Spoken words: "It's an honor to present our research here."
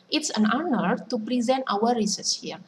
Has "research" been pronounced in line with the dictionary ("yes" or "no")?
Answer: no